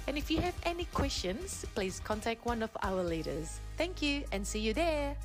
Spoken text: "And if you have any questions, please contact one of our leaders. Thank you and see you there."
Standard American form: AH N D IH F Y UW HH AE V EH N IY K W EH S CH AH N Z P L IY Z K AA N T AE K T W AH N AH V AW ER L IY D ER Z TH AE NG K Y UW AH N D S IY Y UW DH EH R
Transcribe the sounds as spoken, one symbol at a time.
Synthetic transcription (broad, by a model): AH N IH F Y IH V EH N IY K W EH S CH AH N Z P L IY Z K AA N T AE K T W AH N AH V AW ER L IY D ER Z TH AE NG K Y UW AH N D S IY Y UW DH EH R